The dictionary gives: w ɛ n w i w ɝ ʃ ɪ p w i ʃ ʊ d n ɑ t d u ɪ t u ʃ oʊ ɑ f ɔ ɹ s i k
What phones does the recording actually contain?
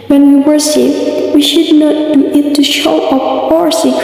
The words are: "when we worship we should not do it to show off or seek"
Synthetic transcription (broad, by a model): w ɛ n w i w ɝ s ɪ f w i ʃ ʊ d n ɑ t d u ɪ t u ʃ oʊ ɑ p ɔ ɹ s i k